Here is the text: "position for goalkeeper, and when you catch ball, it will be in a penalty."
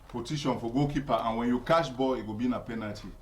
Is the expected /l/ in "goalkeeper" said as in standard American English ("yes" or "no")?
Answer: no